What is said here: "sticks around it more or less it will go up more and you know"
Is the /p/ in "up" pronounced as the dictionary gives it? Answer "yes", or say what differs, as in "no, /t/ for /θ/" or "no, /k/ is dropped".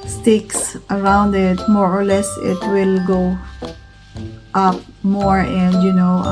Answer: yes